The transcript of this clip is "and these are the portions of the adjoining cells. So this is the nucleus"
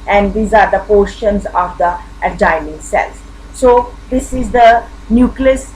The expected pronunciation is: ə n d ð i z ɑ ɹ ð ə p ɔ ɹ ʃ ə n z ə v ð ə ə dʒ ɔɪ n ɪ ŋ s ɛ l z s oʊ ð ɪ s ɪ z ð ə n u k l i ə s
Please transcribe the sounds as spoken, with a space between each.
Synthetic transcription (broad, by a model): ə n d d i z ɑ ɹ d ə p ɔ ɹ ʃ ə n z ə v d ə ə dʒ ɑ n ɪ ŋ s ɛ l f s oʊ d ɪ s ɪ z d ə n u k l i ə s